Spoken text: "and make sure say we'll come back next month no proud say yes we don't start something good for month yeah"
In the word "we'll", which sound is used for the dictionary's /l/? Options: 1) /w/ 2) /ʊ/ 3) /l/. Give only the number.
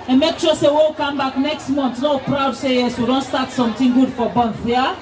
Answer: 1